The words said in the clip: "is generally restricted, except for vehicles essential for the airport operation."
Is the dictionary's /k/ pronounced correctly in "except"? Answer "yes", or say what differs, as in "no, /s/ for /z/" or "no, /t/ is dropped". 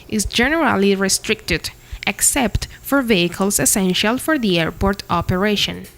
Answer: yes